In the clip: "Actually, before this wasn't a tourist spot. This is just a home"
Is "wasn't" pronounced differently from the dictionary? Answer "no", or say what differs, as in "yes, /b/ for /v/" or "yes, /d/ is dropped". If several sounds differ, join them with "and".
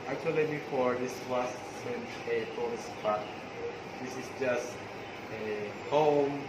yes, /s/ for /z/